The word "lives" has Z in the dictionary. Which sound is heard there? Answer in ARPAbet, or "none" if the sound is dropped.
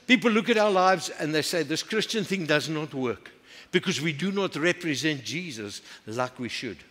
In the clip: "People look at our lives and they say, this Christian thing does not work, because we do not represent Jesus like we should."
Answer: Z